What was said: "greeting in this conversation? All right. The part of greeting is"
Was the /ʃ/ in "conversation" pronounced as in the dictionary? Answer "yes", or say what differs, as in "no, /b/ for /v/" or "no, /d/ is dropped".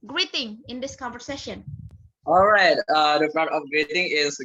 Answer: yes